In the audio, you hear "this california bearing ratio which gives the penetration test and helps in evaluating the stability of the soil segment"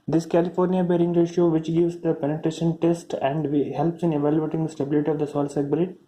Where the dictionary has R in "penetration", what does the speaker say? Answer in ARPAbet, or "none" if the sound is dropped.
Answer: R